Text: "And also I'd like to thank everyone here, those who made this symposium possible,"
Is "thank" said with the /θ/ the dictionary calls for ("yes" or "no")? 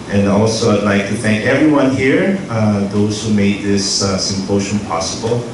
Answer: yes